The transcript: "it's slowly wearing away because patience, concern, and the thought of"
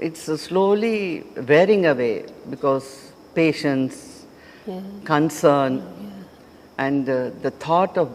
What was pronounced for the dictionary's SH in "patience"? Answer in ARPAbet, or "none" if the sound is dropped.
SH